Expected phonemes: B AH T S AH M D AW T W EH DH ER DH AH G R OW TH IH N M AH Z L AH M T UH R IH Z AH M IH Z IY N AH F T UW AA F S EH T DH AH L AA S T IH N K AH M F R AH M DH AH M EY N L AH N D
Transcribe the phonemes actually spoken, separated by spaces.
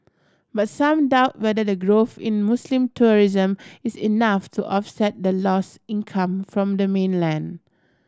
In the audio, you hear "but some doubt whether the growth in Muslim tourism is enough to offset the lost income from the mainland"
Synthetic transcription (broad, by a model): B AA T S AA M D AW T W EH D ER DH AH G R OW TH IH N M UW S L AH M T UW R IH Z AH M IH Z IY N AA F T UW AA F S EH T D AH L AA S IH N K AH M F R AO M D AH M EY N L AH N D